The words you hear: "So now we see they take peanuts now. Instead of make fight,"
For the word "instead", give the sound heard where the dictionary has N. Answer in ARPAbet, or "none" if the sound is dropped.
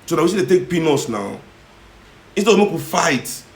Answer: none